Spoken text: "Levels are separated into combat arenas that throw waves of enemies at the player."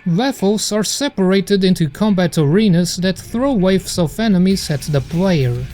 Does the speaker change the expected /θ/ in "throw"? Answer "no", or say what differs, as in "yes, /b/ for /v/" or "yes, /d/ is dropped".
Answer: no